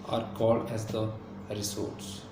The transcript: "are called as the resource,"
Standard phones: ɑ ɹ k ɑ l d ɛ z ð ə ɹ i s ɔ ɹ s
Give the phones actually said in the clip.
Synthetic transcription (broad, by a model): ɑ ɹ k ɑ l d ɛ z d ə ɹ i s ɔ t s